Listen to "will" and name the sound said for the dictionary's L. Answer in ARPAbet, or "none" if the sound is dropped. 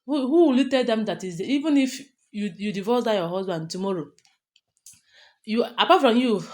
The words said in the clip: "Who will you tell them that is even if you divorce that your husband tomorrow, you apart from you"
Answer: L